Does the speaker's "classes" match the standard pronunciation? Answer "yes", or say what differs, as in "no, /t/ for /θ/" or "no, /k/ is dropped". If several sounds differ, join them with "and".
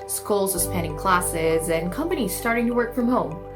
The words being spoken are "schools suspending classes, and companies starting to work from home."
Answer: yes